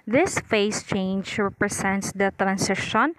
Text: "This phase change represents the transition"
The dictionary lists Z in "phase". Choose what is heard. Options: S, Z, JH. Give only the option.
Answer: S